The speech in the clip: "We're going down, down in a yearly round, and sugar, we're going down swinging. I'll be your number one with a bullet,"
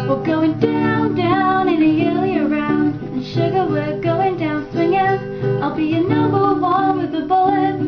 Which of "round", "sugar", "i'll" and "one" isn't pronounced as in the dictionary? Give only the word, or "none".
one